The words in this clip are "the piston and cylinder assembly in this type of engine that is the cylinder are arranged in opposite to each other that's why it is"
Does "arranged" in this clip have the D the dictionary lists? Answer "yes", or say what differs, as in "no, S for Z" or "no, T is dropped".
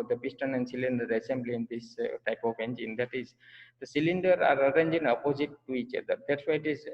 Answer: no, D is dropped